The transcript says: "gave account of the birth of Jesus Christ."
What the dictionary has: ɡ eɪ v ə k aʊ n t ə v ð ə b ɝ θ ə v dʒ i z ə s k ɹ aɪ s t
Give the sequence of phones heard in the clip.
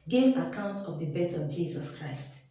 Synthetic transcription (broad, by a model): ɡ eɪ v ə k aʊ n t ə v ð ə b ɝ t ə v dʒ i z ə s k ɹ aɪ s t